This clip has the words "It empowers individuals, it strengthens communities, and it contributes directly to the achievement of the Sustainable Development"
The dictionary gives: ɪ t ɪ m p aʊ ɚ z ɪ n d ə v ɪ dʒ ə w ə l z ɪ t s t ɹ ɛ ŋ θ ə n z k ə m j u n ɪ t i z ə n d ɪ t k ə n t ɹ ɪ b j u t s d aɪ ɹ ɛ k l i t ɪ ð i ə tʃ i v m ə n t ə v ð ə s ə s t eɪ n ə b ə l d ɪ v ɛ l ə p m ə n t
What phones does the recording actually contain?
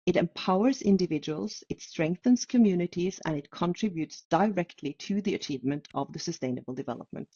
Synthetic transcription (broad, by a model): ɪ t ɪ m p aʊ ɚ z ɪ n d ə v ɪ dʒ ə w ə l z ɪ t s t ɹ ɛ ŋ θ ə n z k ə m j u n ɪ t i z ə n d ɪ t k ə n t ɹ ɪ b j u t s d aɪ ɹ ɛ k l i t ɪ ð i ə tʃ i v m ə n t ə v ð ə s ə s t eɪ n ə b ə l d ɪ v ɛ l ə p m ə n t